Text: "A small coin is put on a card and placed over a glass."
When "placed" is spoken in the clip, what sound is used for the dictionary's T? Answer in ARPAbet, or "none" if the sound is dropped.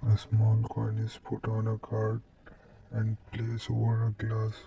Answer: none